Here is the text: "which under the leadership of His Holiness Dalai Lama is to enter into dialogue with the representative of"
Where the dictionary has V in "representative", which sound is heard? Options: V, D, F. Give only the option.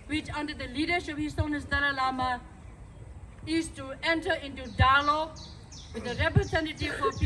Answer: F